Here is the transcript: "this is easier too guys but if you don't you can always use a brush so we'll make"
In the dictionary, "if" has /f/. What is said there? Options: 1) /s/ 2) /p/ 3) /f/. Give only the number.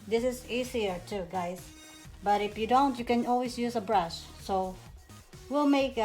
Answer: 3